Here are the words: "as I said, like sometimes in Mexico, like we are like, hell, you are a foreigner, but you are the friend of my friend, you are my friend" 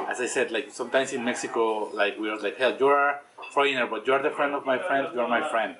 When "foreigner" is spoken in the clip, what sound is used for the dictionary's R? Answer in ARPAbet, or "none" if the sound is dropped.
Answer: none